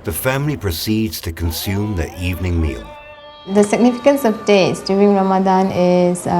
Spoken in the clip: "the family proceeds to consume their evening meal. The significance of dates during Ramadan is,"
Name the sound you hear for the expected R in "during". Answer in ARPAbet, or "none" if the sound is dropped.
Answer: none